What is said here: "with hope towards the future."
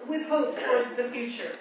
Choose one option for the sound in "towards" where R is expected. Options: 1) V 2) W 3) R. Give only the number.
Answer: 3